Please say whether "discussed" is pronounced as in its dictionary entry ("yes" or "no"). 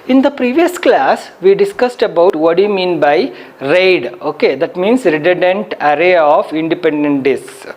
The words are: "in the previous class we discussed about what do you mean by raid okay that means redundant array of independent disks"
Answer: yes